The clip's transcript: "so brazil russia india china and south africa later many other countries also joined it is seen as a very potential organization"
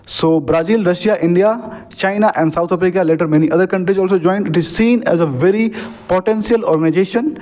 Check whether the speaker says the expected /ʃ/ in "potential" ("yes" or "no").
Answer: no